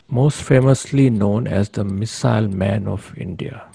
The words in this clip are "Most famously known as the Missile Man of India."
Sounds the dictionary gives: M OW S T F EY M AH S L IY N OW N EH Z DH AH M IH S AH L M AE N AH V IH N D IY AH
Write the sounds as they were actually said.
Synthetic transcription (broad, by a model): M OW S T F EY M AH S L IY N OW N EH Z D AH M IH S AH L M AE N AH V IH N D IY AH